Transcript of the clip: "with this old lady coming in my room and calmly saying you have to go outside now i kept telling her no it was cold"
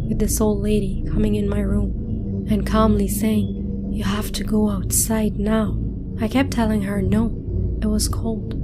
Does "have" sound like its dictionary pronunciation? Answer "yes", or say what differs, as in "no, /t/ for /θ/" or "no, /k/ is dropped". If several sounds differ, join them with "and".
no, /f/ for /v/